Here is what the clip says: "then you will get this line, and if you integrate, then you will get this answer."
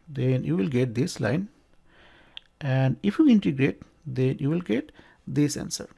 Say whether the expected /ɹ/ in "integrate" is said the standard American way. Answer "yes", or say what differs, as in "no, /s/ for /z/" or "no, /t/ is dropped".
yes